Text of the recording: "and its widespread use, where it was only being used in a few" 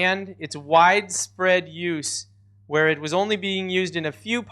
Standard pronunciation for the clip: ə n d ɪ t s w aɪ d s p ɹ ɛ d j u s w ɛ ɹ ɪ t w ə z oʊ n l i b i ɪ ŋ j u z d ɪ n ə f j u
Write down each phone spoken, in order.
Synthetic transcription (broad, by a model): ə n d ɪ t s w aɪ d s p ɹ ɛ d j u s w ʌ ɹ ɪ t w ə z oʊ n l i b i ɪ ŋ j u z d ɪ n ə f j u